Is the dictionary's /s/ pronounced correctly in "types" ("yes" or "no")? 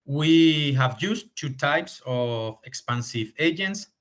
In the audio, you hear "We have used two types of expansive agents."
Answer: yes